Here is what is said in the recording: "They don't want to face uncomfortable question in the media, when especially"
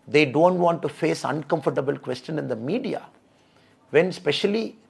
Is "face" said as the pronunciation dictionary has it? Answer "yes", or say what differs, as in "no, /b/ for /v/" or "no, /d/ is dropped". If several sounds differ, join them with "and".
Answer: yes